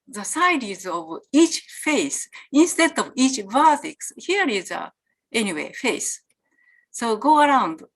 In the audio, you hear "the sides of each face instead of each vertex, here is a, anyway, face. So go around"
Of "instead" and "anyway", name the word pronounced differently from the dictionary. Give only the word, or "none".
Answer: none